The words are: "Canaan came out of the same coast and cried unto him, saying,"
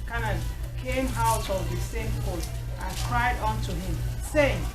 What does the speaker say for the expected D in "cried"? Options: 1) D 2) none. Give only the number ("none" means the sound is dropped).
1